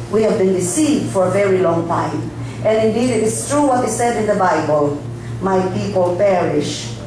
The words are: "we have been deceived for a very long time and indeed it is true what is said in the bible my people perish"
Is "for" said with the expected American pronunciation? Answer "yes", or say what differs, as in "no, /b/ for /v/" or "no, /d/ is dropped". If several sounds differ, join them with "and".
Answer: yes